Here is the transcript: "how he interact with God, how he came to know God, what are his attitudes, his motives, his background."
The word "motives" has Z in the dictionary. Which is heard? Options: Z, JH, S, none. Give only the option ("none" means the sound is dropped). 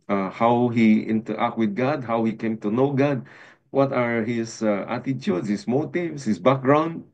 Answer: S